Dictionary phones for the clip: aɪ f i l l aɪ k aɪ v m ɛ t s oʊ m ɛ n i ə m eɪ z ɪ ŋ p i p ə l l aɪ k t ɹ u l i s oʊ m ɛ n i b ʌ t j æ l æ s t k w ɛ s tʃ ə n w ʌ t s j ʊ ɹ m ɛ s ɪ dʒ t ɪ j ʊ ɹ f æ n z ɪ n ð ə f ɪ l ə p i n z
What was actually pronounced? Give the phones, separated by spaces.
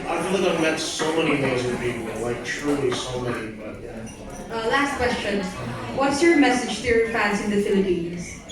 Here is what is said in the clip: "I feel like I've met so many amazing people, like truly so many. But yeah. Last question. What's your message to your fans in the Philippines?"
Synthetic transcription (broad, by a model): aɪ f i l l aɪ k aɪ v m ɛ t s oʊ m ɛ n i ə ʊ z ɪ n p i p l l aɪ k t ɹ u l i s oʊ m ɛ n i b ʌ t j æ l æ s t k w ɛ s tʃ ə n w ʌ t s j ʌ ɹ m ɛ s ɪ dʒ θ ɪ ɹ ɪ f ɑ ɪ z ɪ n ð ə f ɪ l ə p i n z